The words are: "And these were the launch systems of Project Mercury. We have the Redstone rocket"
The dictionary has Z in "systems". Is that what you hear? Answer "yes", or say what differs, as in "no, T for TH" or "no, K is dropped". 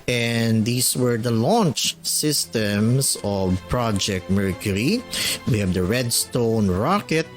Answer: no, S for Z